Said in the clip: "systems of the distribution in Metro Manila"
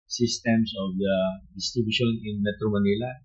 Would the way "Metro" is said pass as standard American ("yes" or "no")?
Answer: yes